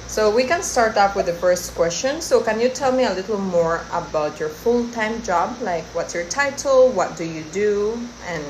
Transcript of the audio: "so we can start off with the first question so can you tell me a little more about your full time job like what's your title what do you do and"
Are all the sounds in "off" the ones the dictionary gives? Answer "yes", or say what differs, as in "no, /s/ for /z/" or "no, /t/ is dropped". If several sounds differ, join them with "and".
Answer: no, /p/ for /f/